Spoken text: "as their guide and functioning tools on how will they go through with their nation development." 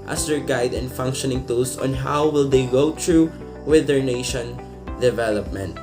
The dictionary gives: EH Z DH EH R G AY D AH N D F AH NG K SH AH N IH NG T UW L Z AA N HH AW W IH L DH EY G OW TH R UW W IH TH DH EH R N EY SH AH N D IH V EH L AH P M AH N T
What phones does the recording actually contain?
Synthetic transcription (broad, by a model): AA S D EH R G AY D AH N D F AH NG K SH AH N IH NG T UW L S AA N HH AW W IH L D EY G OW T R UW W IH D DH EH R N EY SH AH N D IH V EH L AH P M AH N T